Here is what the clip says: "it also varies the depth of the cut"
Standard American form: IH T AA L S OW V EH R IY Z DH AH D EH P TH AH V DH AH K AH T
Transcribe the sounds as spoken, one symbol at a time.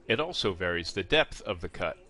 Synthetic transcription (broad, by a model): IH T AA L S OW V EH R IY Z DH AH D EH P TH AH V DH AH K AH T